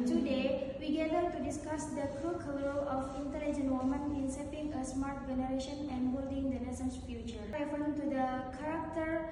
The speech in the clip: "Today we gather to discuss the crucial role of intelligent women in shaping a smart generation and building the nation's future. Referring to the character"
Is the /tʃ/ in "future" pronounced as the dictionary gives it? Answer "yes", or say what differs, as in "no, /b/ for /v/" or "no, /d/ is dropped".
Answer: yes